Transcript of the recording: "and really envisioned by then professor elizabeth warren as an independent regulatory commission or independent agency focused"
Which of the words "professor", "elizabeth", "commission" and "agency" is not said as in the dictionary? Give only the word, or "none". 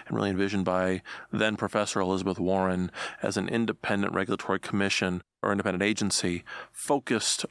none